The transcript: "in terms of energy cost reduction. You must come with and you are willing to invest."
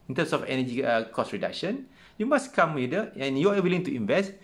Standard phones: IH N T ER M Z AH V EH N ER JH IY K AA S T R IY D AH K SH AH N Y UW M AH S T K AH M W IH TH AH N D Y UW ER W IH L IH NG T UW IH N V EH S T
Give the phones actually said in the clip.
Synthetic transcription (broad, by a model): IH N T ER M S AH F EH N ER JH IY K AA S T R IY D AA K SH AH N Y UW M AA S K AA M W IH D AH N Y UW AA W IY L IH NG T UW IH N V EH S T